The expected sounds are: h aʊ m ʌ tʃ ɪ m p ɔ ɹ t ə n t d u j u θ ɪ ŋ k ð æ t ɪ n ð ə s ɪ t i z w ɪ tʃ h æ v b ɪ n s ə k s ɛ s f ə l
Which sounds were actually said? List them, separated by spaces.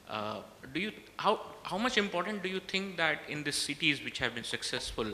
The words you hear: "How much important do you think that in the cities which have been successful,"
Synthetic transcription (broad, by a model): h aʊ m ʌ tʃ ɪ m p ɔ ɹ t ə n t d u j u t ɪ ŋ k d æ t ɪ n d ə s ɪ t i z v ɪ tʃ h æ v b ɪ n s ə k s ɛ s f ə l